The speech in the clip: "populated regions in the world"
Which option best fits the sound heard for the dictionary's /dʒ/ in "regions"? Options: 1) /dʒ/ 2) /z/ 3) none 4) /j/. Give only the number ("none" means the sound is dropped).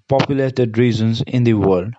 2